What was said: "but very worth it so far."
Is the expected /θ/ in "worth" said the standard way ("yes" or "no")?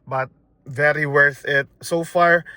yes